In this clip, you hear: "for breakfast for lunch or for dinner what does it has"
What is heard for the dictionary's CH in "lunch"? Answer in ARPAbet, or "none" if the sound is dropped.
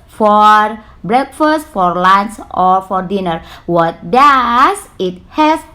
S